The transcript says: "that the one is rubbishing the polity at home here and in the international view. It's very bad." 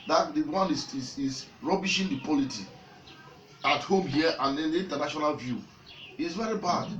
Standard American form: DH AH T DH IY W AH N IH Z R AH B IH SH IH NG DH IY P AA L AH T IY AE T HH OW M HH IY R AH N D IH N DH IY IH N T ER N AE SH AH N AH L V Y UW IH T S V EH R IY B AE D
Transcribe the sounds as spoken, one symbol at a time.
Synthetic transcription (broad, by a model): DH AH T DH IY W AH N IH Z R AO B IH SH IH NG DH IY P AA L AH T IY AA T HH OW M HH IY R AH N D IH N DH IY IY N T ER N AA SH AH N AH L V Y UW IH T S V EH R IY B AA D